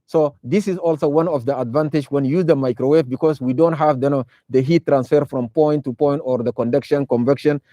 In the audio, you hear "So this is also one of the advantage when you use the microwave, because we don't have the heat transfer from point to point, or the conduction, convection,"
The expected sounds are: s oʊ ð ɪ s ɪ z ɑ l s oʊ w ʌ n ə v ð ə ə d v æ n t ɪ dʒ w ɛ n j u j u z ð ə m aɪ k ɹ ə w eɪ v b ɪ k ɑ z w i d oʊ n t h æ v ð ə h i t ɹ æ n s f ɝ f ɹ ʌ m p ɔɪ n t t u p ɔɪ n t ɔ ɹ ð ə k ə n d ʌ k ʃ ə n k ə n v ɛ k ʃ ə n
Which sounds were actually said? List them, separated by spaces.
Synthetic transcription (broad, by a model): s oʊ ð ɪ s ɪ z ɑ l s oʊ w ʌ n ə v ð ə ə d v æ n t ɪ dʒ w ɛ n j j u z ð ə m aɪ k ɹ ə w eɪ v b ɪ k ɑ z w i d oʊ n t h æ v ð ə h i t ɹ æ n s f ɝ f ɹ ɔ m p ɔɪ n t t u p ɔɪ n t ɔ ɹ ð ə k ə n d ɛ k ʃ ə n k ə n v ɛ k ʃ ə n